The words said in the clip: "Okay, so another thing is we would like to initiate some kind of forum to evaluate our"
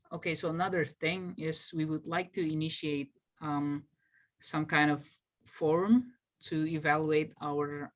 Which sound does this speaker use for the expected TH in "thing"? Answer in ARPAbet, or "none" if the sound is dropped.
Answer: TH